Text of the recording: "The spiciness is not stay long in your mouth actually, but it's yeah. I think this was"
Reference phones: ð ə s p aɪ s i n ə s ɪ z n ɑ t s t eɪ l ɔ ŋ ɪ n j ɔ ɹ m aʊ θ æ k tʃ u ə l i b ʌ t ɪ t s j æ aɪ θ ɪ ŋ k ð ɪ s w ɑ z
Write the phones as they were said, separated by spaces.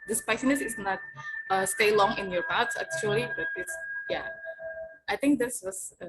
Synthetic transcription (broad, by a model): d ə s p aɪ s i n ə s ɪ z n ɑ t s t eɪ l ɔ ŋ ɪ n j ɔ ɹ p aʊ s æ k tʃ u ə l i b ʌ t ɪ t s j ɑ aɪ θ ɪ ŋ k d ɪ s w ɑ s